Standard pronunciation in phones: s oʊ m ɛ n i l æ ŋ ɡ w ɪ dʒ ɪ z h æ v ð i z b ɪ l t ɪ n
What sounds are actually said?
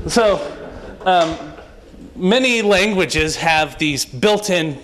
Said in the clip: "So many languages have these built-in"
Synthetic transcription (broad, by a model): s oʊ m ɛ n i l æ ŋ ɡ w ɪ dʒ ɪ z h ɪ v ð i z b ɪ l t ɪ n